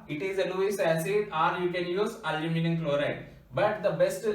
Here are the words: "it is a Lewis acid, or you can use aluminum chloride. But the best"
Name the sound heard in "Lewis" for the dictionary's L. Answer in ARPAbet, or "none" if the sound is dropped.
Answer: N